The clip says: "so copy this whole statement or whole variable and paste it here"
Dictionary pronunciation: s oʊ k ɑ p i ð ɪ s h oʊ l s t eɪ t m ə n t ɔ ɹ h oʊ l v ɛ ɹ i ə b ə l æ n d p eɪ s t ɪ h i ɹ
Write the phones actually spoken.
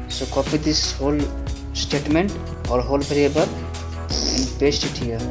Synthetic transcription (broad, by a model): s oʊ k ɑ p i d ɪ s h oʊ l s t eɪ t m ə n t ɔ ɹ h oʊ l b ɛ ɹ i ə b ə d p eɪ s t ɪ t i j